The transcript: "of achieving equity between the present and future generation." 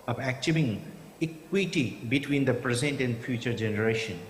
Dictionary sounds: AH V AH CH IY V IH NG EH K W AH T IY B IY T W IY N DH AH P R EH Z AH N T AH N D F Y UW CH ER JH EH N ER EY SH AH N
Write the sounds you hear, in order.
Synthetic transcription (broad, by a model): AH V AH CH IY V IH NG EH K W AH T IY B IY T W IY N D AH P R EH Z AH N T AH N D F Y UW CH ER JH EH N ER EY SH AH N